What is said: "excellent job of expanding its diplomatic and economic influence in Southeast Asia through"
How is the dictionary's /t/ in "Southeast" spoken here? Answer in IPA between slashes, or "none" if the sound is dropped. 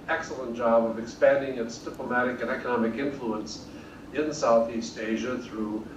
/t/